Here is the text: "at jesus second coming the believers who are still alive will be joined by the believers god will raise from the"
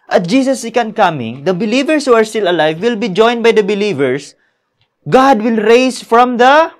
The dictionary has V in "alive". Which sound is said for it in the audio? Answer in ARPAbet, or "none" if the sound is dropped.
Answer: V